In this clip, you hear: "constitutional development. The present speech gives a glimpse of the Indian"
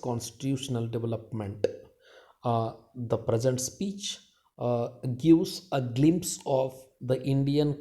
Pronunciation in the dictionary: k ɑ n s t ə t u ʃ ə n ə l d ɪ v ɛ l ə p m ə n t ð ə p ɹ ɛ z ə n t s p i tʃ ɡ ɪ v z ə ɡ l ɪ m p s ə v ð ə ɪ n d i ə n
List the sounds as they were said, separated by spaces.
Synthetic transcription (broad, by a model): k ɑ n s t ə t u ʃ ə n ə l d ɪ v ɛ l ə p m ə n t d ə p ɹ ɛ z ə n t s p i tʃ ɡ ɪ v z ə ɡ l ɪ m p s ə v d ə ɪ n d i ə n